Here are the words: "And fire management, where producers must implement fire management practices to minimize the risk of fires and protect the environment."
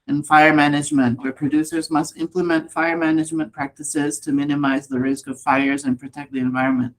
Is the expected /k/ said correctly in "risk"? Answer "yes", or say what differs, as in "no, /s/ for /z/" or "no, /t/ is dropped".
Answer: yes